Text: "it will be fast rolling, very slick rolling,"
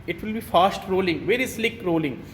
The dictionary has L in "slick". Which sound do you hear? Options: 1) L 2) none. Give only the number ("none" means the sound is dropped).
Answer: 1